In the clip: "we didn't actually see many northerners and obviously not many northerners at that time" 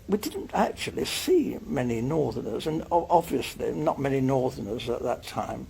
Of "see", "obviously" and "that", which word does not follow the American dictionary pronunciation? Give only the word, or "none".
none